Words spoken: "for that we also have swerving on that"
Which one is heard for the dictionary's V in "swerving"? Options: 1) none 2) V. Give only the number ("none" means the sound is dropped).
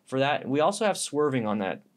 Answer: 2